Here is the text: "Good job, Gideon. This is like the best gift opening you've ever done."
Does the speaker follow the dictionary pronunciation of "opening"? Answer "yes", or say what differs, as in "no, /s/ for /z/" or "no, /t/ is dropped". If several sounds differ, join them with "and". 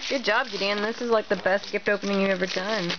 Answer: yes